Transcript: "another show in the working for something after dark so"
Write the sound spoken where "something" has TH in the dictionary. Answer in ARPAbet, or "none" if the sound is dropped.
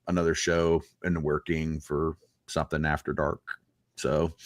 TH